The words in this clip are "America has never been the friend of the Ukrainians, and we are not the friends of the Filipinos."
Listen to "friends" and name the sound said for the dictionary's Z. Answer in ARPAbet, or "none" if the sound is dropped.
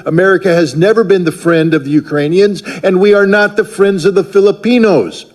Z